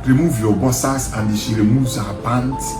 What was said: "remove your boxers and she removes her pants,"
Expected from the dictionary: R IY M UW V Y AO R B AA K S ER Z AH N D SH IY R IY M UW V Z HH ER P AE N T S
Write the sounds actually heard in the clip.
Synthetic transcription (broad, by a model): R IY M UW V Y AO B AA S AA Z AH N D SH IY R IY M UW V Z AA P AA N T